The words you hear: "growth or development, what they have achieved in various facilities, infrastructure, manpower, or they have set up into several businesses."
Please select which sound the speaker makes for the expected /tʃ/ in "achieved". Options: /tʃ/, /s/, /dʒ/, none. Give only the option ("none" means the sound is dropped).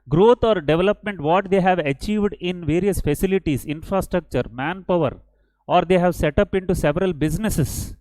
/tʃ/